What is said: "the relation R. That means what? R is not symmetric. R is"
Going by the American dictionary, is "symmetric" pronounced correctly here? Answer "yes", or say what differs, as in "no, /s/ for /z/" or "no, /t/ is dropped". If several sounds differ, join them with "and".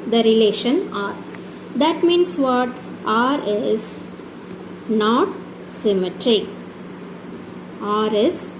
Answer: no, /k/ is dropped